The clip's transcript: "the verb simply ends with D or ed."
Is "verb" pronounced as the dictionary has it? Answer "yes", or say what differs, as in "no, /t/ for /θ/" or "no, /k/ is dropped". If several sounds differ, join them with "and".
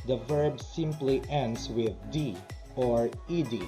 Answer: yes